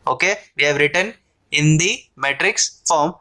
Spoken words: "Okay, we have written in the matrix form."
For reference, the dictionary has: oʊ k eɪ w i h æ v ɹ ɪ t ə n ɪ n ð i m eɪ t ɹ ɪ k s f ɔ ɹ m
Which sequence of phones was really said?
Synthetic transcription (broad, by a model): oʊ k eɪ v i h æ v ɹ ɪ t ə n ɪ n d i m eɪ t ɹ ɪ k s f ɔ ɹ m